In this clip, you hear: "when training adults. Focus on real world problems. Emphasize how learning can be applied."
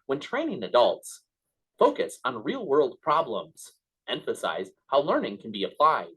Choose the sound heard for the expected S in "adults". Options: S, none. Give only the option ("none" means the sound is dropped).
S